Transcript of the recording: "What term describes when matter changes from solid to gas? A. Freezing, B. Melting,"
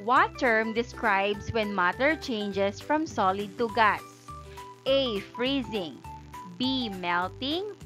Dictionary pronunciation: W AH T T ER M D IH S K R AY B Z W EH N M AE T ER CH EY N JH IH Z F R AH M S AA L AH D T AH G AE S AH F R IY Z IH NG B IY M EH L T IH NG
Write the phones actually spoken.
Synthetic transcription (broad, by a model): W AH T T ER M D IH S K R AY B S W EH N M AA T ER CH EY N JH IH S F R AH M S AA L AH D T AH G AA S AH F R IY Z IH NG B IY M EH L T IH NG